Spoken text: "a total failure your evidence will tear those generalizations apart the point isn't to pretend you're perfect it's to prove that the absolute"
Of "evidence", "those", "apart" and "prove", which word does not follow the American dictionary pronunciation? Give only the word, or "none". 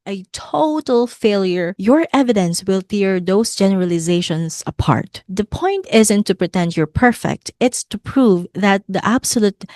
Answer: those